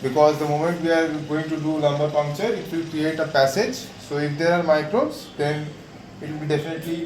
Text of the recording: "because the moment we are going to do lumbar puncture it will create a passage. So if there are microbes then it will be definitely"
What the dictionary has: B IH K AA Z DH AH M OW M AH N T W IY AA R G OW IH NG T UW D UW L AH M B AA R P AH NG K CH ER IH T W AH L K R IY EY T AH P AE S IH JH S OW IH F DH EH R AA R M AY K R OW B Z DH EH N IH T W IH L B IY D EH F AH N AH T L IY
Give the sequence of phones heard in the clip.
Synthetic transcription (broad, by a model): B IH K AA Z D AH M OW M AH N T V IY AA R G OW IH NG T UW D UW L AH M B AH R P AH NG K CH ER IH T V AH K R IY EY T AH P AE S IH JH S OW IH F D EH R AA R M AY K R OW Z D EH N IH T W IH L B IY D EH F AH N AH T L IY